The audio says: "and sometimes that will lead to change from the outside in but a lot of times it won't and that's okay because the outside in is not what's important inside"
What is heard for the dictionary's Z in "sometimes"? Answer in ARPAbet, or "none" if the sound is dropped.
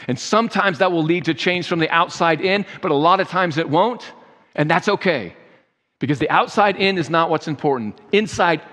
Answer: Z